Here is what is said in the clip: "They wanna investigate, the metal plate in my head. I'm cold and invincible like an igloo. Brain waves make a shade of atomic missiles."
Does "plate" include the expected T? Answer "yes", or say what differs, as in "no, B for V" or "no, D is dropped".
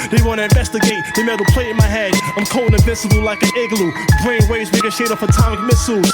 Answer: no, T is dropped